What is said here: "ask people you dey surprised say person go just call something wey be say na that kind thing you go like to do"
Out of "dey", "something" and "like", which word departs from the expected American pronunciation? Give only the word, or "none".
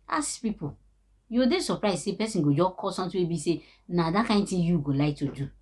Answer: something